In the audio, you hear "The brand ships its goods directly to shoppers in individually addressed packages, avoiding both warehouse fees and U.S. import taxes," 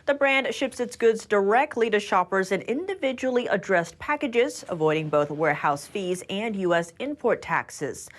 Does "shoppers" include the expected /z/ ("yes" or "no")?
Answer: yes